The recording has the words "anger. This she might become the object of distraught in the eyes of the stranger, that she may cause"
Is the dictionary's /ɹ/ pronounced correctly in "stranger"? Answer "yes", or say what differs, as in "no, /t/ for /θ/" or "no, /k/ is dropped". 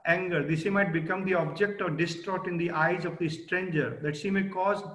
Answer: yes